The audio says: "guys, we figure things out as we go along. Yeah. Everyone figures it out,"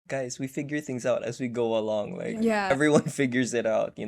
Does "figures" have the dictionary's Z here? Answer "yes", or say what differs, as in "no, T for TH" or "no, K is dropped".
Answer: yes